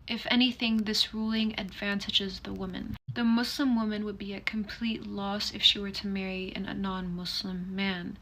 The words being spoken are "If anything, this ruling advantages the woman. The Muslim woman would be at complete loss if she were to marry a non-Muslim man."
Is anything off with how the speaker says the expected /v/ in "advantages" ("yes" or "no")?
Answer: no